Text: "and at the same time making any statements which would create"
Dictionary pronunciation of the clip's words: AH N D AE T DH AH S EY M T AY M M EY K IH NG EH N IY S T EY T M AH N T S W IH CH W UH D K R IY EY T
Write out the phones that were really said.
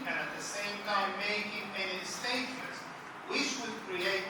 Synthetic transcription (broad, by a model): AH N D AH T DH AH S EY M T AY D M EY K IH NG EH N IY S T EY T AH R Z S W IH CH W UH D K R IY EY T